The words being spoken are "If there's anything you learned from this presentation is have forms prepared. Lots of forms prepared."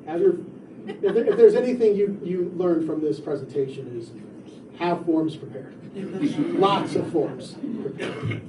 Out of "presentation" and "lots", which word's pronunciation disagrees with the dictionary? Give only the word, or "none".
none